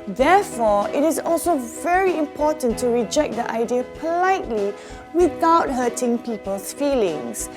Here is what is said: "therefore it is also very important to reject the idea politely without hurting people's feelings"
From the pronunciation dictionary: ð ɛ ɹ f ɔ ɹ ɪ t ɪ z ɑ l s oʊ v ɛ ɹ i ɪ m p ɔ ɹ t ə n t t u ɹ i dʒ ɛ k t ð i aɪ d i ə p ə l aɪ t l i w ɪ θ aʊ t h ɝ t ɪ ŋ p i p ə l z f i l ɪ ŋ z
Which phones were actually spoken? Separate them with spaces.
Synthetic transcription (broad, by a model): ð ɛ f ɔ ɪ t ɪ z ɑ l s oʊ v ɛ ɹ i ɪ m p ɔ t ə n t t u ɹ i dʒ ɛ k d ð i aɪ d i ə p ə l aɪ t l i w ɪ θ aʊ t h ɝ t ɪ ŋ p i p ə l s f i l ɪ ŋ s